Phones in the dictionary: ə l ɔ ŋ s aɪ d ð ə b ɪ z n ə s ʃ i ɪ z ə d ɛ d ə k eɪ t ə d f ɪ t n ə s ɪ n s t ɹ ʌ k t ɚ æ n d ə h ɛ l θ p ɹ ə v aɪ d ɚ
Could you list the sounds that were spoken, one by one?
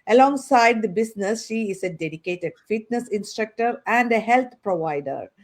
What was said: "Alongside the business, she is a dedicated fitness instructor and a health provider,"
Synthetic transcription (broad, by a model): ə l ɔ ŋ s aɪ d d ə b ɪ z n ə s ʃ i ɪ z ə d ɛ d ə k eɪ t ə d f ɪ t n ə s ɪ n s t ɹ ʌ k t ɚ æ n d ə h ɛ l t p ɹ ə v aɪ d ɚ